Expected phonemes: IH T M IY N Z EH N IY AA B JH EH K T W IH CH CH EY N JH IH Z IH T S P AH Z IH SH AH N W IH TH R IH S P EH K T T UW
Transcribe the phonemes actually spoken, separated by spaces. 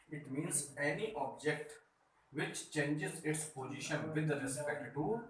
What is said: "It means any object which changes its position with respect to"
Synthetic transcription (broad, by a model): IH T M IY N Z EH N IY AA B JH EH K T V IH CH CH EY N JH IH Z IH T S P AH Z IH SH AH N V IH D R IH S P EH K T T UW